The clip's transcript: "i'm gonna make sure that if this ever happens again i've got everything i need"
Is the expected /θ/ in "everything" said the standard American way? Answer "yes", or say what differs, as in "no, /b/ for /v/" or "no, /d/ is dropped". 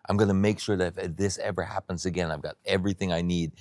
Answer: yes